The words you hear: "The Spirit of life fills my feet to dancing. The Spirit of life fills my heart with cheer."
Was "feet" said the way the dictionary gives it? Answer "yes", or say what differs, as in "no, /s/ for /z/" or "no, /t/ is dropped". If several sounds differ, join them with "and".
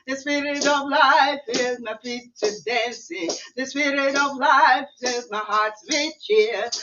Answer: no, /p/ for /f/